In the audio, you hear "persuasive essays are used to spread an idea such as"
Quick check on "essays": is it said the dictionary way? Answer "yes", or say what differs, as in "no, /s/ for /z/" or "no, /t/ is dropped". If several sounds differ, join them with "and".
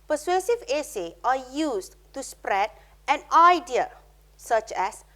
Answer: no, /z/ is dropped